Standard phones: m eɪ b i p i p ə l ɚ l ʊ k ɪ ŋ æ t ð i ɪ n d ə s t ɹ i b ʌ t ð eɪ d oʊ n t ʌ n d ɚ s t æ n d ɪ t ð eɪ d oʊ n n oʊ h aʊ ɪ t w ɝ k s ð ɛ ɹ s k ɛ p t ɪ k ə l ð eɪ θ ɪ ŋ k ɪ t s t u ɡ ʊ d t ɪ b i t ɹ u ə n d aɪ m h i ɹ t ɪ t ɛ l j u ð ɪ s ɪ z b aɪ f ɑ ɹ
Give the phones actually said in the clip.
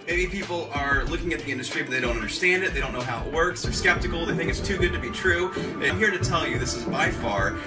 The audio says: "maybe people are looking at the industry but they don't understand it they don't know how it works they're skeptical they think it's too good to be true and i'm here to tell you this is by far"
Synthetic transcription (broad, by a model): m eɪ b i p i p l ɚ l ʊ k ɪ ŋ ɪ t ð i ɪ n d ə s t ɹ i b ʌ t ð eɪ d oʊ n t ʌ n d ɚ s t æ n d ɪ t ð eɪ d oʊ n n oʊ h aʊ ɪ t w ɝ k s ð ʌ ɹ s k ɛ p t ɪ k l ð eɪ θ ɪ ŋ k ɪ t s t u ɡ ʊ d t ɪ b i t ɹ u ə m h i ɹ t ɪ t ɛ l j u ð ɪ s ɪ z b aɪ f ɑ ɹ